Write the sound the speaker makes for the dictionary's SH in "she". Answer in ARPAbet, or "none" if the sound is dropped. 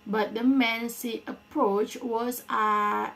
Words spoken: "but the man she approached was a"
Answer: S